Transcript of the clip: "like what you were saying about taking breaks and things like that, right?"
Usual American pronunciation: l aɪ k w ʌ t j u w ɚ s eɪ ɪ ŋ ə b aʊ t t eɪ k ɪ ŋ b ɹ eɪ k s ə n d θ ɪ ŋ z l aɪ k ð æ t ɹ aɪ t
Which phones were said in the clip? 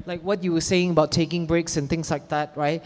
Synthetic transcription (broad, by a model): l aɪ k w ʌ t j u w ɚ s eɪ ɪ ŋ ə b aʊ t t eɪ k ɪ ŋ b ɹ eɪ k s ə n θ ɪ ŋ s l aɪ k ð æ t ɹ aɪ t